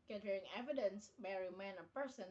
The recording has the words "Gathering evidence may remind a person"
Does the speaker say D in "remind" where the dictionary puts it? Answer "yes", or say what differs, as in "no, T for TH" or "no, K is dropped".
no, D is dropped